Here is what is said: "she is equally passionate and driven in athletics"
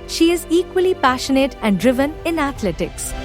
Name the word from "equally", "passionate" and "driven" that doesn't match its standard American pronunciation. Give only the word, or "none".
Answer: none